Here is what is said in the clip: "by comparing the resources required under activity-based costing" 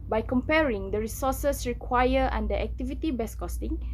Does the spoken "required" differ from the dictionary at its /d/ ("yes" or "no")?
yes